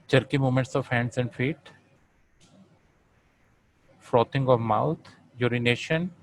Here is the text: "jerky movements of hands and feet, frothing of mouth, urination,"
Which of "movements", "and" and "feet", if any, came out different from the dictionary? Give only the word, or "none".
movements